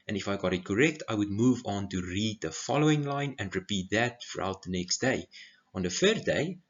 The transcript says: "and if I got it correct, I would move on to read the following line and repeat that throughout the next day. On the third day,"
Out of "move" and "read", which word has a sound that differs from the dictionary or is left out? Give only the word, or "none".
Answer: none